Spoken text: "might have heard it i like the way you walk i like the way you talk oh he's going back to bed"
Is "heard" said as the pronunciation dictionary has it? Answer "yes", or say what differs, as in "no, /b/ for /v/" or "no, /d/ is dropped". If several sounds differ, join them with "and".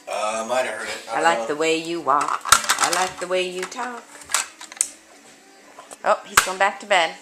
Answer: no, /d/ is dropped